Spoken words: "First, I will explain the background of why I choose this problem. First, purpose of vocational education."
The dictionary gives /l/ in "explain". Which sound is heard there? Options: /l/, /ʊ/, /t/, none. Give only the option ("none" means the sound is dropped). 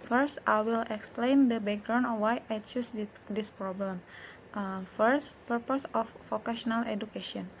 /l/